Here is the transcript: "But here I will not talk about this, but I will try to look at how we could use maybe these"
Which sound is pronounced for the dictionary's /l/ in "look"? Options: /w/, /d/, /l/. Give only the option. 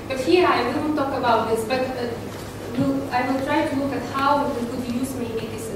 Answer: /l/